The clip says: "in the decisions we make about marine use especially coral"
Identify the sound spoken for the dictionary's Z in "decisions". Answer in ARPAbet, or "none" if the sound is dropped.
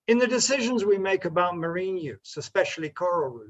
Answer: Z